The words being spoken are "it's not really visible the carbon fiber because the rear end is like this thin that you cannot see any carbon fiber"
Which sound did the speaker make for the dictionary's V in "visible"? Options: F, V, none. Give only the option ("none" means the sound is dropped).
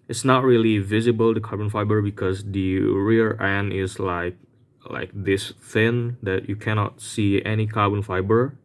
V